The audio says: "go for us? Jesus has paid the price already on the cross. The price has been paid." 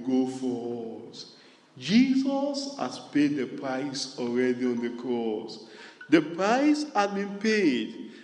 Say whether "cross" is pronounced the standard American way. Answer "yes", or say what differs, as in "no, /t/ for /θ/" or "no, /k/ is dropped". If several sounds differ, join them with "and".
yes